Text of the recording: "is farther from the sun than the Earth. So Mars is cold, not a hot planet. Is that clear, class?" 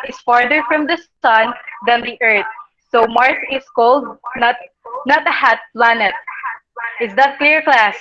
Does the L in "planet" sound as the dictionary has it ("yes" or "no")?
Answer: yes